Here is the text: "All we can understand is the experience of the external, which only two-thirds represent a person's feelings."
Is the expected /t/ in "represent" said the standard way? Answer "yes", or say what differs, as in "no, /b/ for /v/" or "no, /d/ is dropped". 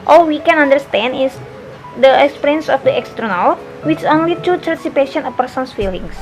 no, /t/ is dropped